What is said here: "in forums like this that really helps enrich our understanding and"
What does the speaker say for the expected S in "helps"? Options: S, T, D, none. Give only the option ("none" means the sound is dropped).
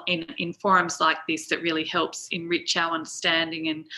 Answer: S